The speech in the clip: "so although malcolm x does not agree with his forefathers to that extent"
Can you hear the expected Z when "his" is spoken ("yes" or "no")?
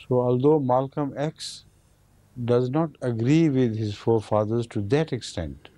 yes